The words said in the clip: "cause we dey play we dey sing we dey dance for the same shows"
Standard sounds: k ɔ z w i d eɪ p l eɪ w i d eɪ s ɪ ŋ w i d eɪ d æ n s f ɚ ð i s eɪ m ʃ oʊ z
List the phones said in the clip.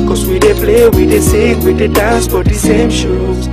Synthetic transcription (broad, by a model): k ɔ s w i d eɪ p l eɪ w i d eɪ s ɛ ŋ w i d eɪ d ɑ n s p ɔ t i s eɪ m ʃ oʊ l